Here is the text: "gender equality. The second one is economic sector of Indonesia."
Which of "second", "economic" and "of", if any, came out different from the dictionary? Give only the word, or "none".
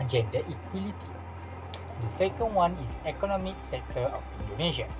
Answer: of